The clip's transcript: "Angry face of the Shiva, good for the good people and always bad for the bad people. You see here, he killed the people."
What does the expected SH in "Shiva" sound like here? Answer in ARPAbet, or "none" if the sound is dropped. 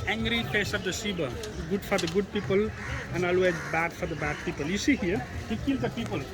S